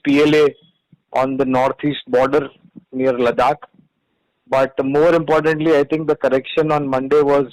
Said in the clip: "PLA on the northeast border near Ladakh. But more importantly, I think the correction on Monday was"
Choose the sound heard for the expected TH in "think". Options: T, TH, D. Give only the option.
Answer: T